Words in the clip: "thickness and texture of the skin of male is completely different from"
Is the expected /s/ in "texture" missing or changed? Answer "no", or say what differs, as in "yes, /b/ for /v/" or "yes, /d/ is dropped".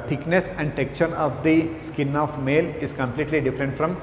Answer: yes, /s/ is dropped